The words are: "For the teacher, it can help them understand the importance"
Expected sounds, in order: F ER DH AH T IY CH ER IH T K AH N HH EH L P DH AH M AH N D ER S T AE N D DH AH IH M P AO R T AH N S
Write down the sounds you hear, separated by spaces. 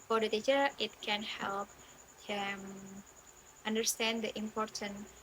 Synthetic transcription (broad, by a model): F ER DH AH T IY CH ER IH T K AH N HH EH L P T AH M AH N D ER S T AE N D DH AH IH M P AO R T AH N